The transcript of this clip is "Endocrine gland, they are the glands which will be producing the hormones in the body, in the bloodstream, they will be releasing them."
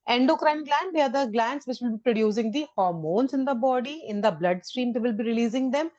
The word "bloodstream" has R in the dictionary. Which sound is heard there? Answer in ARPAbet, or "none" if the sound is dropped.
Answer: R